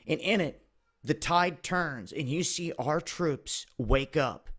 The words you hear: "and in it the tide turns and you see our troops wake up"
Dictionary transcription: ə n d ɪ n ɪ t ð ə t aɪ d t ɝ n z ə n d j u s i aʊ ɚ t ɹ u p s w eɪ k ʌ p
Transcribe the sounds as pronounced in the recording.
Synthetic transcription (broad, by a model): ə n ɪ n ɪ t ð ə t aɪ d t ɝ n z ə n j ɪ s i aʊ ɚ t ɹ u p s w eɪ k ʌ p